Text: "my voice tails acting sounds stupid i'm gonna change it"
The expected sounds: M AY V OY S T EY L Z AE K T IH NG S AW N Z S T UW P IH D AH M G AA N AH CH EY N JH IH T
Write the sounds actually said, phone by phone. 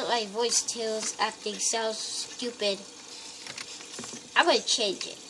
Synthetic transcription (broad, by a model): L AY V OY S T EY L Z AE K T IH NG S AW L S T UW P IH D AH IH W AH CH EY N JH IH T